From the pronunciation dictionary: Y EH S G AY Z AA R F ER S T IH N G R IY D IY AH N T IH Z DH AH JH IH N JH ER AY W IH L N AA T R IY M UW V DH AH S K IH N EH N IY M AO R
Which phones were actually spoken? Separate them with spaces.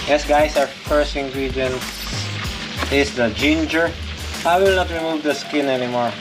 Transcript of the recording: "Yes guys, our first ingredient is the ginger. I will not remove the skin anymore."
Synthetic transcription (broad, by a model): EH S G AY S AA R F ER S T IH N G R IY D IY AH N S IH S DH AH JH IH N JH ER AY W IH L N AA T R IY M UW V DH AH S K IH N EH N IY M AO R